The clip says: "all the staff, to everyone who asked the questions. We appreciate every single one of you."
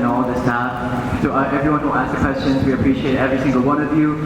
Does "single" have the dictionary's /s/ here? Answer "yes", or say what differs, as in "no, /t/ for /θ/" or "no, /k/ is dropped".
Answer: no, /θ/ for /s/